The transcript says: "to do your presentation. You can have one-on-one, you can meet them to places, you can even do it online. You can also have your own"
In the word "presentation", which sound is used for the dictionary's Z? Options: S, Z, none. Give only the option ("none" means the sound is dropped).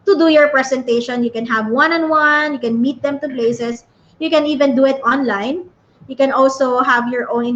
S